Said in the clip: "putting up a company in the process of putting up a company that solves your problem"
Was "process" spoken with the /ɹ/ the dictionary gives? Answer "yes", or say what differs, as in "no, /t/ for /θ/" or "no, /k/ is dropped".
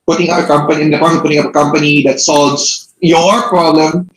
no, /ɹ/ is dropped